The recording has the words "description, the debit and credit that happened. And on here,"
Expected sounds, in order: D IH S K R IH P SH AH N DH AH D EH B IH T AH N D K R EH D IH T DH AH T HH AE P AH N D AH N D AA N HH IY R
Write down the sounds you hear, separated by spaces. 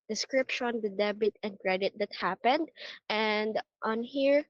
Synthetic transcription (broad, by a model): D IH S K R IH P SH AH N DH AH D EH B IH T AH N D K R EH D IH T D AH T HH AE P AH N D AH N D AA N HH IY R